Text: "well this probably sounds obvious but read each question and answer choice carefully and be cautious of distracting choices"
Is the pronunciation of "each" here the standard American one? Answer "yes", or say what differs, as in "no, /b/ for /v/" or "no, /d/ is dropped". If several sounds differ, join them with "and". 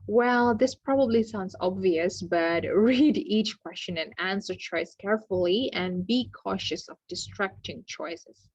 yes